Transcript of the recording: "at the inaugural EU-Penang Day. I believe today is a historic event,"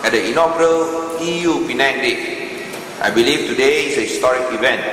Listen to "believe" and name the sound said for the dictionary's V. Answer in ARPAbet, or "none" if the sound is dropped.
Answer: F